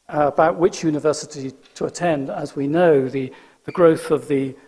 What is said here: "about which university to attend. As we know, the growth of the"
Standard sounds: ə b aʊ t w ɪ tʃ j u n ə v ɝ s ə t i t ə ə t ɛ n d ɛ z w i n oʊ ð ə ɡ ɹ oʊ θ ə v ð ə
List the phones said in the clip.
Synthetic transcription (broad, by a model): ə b aʊ t w ɪ tʃ j u n ə v ɝ s ə t i t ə ə t ɛ n d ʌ z w i n oʊ ð ə ɡ ɹ oʊ θ ə v ð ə